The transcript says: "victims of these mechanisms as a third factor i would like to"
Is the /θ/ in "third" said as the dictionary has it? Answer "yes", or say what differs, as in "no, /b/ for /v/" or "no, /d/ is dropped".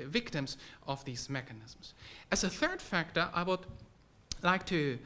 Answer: yes